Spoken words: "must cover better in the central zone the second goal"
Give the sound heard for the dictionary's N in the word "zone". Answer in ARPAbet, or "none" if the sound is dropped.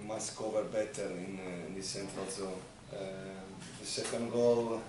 L